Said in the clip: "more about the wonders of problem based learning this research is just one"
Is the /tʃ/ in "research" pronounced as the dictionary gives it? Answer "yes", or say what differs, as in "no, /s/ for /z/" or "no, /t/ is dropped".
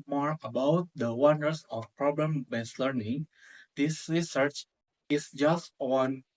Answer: yes